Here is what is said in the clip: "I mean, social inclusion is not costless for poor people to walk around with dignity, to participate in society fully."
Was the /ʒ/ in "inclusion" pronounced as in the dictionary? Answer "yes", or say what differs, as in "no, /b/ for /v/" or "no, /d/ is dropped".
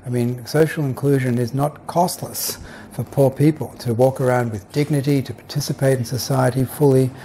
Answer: yes